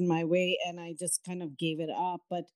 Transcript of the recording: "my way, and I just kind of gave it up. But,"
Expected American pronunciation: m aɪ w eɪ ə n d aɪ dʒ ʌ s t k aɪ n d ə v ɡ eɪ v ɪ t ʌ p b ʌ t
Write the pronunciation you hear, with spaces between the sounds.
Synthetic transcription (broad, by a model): m aɪ w eɪ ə n aɪ dʒ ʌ s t k aɪ n d ə v ɡ eɪ v ɪ t ʌ p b ʌ t